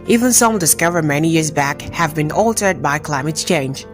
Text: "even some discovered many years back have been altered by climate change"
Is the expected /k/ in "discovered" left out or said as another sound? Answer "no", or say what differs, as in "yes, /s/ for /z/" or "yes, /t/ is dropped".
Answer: no